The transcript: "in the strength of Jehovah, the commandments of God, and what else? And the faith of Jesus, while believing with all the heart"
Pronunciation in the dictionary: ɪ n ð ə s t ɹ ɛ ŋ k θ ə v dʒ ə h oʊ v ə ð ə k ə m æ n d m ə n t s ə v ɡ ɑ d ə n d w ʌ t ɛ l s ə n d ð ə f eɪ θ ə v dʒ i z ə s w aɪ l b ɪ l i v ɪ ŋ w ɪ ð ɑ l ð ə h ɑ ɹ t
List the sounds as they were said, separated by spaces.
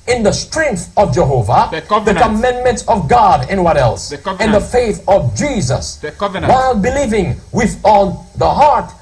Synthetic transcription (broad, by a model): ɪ n ð ə s t ɹ ɛ ŋ k θ ə v dʒ ə h oʊ v ə ð ə k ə m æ n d m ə n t s ə v ɡ ɑ d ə n w ʌ t ɛ l s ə n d ð ə f eɪ θ ə v dʒ i z ə s w aɪ l b ɪ l i v ɪ ŋ w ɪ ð ɑ l ð ə h ɑ ɹ t